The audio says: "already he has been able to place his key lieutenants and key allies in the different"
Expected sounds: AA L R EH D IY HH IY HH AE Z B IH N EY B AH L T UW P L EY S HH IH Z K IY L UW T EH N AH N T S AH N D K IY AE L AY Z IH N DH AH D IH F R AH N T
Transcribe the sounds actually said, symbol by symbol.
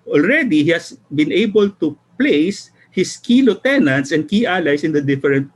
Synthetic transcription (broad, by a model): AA L R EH D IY HH IY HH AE S B IH N EY B AH L T UW P L EY S HH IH S K IY L UW T EH N AH N T S AH N D K IY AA L AY S IH N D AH D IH F R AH N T